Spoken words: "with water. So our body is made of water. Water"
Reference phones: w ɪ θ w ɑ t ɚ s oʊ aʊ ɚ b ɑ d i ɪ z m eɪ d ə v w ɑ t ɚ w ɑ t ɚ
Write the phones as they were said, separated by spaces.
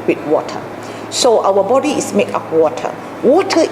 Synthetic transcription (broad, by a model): w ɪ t w ɑ t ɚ s oʊ aʊ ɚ b ɑ d i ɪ s m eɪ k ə p w ɑ t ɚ w ɑ t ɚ